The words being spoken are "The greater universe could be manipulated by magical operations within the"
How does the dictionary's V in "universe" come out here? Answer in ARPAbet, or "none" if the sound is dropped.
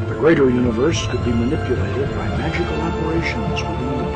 V